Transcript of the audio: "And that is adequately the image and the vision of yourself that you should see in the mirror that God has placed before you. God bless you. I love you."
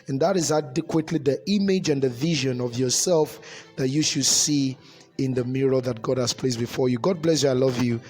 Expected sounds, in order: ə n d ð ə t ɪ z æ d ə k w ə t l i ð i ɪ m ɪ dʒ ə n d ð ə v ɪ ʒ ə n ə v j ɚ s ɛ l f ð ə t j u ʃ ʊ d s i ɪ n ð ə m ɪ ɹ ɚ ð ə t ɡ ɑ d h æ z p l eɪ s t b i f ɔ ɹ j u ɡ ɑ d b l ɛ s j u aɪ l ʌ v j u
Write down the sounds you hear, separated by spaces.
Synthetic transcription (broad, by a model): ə n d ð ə t ɪ z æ d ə k w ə t l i ð i ɪ m ɪ dʒ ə n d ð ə v ɪ ʒ ə n ə v j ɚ s ɛ l f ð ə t j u ʃ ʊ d s i ɪ n ð ə m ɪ ɹ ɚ ð ə t ɡ ɑ d h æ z p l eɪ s b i f ɔ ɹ j u ɡ ɑ d b l ɛ s j u aɪ l ʌ v j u